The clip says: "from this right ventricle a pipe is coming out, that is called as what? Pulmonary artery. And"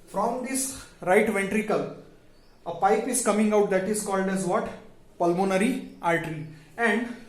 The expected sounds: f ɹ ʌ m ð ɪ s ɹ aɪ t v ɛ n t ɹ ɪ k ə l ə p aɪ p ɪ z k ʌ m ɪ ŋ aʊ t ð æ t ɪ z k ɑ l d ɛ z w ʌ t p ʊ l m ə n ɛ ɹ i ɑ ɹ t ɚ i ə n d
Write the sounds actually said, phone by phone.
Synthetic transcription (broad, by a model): f ɹ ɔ m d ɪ s ɹ aɪ t v ɛ n t ɹ ɪ k ə l ə p aɪ p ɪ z k ʌ m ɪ ŋ aʊ t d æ t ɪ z k ɑ l d ɛ z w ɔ t p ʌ l m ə n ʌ ɹ i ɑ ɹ t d i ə n d